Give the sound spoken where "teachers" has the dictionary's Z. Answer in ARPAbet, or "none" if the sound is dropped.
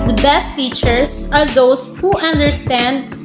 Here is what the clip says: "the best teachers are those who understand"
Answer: S